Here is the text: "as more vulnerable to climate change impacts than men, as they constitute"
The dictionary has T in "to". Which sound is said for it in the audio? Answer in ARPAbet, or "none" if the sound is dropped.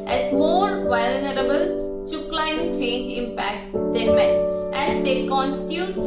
S